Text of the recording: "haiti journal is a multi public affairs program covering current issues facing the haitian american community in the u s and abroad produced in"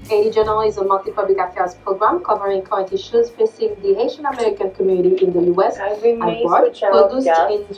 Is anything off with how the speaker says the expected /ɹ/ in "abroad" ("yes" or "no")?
yes